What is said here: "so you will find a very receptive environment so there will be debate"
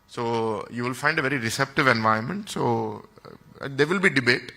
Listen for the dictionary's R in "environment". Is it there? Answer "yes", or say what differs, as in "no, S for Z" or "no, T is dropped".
no, R is dropped